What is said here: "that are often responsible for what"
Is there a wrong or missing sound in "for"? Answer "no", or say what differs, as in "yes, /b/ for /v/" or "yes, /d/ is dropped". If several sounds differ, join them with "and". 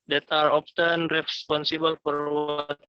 yes, /p/ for /f/